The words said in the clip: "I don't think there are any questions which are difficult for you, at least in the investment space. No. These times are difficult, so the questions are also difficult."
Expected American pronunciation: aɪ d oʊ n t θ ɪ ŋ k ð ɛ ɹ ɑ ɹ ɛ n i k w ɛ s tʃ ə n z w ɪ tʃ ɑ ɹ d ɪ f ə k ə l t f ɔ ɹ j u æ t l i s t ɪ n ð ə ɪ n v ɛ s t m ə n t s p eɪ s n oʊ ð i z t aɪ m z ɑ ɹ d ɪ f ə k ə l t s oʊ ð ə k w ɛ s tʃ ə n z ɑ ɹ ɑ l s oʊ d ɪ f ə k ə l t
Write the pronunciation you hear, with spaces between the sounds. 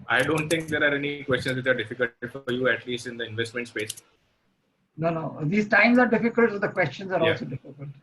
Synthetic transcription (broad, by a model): aɪ d oʊ n t t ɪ ŋ k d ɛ ɹ ɑ ɹ ɛ n i k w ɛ s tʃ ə n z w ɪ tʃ ɑ ɹ d ɪ f ə k ə l t f ɔ ɹ j u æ t l i s t ɪ n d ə ɪ n v ɛ s t m ə n t s p eɪ s n oʊ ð i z t aɪ m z ɑ ɹ d ɪ f ə k ə l t s oʊ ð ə k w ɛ s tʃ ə n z ɑ ɹ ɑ s oʊ d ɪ f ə k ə l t